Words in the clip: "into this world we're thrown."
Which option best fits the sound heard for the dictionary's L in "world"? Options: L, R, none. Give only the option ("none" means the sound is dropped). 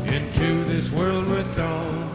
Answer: L